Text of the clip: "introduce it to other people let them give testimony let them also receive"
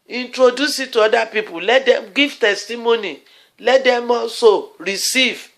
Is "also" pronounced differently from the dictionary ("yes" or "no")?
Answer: yes